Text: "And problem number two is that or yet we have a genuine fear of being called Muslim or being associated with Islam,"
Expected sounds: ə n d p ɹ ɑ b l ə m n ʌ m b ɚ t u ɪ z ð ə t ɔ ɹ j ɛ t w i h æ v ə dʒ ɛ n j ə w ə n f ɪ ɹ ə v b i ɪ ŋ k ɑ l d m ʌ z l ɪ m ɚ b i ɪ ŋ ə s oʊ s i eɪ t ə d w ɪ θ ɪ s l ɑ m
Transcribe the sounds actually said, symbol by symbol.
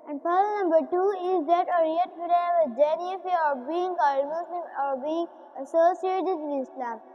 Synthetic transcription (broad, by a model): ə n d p ɑ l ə n ʌ m b ɚ t u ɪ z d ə t ɔ ɹ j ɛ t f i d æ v ə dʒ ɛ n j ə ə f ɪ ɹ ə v b i ɪ ŋ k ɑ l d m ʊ s l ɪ m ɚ b i ɪ ŋ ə s oʊ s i eɪ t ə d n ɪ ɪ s l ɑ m